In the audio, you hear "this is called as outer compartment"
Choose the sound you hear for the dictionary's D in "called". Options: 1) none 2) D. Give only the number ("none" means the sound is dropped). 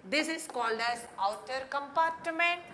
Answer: 2